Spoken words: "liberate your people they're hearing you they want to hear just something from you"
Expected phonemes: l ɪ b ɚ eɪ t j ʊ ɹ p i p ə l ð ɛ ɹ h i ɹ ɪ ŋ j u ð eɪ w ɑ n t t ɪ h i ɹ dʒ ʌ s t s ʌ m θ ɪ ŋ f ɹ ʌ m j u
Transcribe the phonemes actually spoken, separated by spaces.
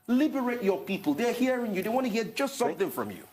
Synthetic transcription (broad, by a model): l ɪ b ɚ eɪ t j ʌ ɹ p i p ə l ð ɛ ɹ h i ɹ ɪ ŋ j u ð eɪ w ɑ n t t ɪ h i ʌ dʒ ʌ s t s ʌ m θ ɪ ŋ f ɹ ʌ m j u